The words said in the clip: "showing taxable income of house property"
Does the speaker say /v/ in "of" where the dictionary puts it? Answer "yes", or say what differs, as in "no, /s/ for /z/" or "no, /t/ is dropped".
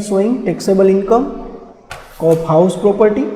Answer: no, /p/ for /v/